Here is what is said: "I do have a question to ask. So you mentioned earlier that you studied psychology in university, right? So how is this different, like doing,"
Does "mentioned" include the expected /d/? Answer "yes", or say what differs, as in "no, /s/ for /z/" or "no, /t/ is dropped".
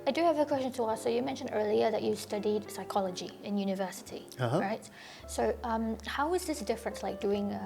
yes